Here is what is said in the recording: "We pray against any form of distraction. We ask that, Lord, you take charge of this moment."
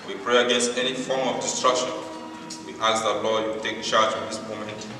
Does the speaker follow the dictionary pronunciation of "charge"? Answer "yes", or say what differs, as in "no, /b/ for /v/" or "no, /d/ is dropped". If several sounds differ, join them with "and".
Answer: yes